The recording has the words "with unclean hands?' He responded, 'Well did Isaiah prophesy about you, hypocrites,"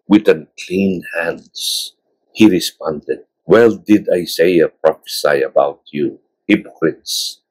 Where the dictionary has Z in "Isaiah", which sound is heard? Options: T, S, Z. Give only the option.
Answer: S